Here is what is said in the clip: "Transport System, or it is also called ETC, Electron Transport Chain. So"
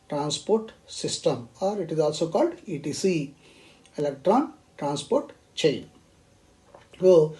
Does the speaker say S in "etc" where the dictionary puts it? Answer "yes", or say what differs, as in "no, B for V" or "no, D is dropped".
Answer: no, S is dropped